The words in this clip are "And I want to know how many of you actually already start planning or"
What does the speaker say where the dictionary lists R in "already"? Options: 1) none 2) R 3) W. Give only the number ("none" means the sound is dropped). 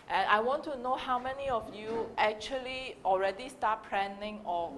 2